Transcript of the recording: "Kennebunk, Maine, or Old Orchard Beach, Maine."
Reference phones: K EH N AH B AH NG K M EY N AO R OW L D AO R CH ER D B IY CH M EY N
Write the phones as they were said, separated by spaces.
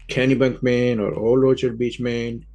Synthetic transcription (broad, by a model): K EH N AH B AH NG K M EY N AO R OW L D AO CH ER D B IY CH M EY N